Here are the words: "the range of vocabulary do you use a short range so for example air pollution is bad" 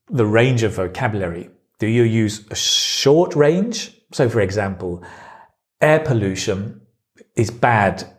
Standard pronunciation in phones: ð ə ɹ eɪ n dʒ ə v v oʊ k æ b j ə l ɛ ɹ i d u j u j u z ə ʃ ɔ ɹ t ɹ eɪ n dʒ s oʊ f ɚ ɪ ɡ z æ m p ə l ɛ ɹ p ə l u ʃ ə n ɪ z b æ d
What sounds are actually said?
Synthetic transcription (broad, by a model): ð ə ɹ eɪ n dʒ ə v v oʊ k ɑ b j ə l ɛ ɹ i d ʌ j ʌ j u z ə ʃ ɔ t ɹ eɪ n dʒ s oʊ f ɚ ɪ ɡ z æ m p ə l ɛ p ə l u ʃ ə n ɪ z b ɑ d